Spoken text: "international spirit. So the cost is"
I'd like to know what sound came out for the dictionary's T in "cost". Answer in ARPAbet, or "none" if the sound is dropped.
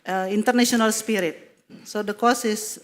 none